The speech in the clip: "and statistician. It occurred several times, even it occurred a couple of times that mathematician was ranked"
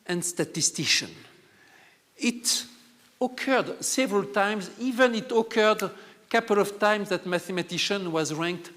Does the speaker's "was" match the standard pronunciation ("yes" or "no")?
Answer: yes